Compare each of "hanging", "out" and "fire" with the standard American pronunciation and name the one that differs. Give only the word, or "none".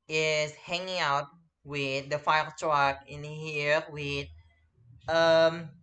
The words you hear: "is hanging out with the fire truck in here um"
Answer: fire